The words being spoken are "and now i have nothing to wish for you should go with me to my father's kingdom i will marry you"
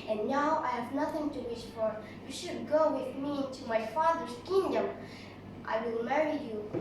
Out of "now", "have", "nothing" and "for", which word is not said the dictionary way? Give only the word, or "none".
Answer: none